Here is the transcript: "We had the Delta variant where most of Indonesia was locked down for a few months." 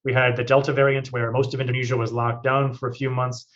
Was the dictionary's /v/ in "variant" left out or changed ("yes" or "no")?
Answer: no